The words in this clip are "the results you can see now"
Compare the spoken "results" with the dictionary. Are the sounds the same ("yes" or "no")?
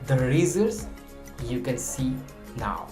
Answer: no